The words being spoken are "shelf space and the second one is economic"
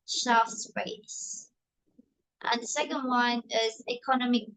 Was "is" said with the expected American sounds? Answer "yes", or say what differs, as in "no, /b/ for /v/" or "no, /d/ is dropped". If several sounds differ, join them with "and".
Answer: yes